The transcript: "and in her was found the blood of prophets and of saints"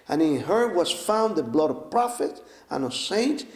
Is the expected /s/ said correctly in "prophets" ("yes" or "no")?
no